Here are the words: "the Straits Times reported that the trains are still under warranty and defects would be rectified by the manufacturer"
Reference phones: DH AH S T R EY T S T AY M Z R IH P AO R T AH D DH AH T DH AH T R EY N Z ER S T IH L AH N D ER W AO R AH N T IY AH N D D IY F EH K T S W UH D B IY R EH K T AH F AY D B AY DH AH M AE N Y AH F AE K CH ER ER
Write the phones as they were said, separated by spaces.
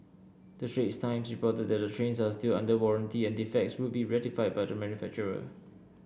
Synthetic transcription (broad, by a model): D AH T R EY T S T AY M S R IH P AO T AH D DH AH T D AH T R EY N S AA S T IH L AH N D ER W AO R AH N T IY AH N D D IY F EH K T S W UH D B IY R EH T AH F AY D B AY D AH M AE N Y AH F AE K CH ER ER